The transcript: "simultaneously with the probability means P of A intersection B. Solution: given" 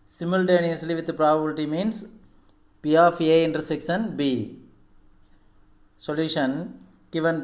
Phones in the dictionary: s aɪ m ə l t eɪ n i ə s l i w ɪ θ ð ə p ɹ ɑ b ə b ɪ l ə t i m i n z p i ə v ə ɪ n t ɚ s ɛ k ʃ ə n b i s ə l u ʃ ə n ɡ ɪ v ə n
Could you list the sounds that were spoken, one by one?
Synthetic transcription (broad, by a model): s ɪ m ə l t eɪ n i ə s l i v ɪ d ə p ɹ ɑ b ə b ɪ l ə t i m i n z p i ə f ə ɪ n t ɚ s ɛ k s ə n b i s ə l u ʃ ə n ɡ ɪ v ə n